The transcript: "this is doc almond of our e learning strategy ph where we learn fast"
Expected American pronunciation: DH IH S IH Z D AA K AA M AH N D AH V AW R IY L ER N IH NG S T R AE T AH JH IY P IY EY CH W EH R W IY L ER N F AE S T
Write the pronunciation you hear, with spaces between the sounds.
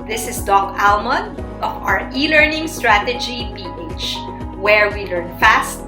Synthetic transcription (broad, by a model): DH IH S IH S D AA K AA M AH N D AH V AW R IY L ER N IH NG S T R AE T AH JH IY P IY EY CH W EH R W IY L ER N F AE S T